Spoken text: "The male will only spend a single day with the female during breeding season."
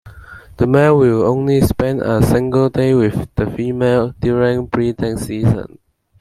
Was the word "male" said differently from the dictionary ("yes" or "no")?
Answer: yes